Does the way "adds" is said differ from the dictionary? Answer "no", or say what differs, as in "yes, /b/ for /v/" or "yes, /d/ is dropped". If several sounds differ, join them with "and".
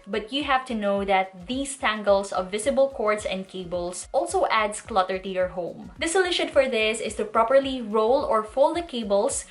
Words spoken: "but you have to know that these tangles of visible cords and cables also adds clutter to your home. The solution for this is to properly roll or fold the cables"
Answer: yes, /s/ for /z/